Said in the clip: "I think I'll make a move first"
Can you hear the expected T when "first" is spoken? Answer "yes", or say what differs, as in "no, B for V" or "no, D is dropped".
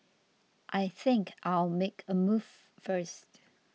yes